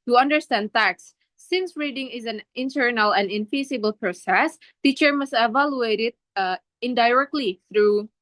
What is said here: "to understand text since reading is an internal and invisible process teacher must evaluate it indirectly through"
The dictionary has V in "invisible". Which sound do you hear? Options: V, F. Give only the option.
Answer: F